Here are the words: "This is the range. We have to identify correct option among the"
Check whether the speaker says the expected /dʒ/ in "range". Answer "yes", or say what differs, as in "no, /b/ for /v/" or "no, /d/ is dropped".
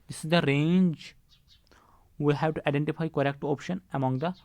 yes